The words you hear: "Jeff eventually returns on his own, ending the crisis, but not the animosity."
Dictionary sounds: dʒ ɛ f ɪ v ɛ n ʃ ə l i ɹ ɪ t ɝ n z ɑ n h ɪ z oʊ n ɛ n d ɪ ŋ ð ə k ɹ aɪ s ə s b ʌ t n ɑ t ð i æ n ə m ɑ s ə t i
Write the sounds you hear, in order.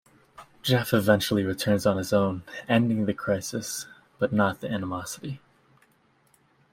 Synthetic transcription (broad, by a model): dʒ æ f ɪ v ɛ n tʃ l i ɹ ɪ t ɝ n z n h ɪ z oʊ n ɛ n d ɪ ŋ ð ə k ɹ aɪ s ə s b ʌ t n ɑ t ð i æ n ə m ɑ s ə t i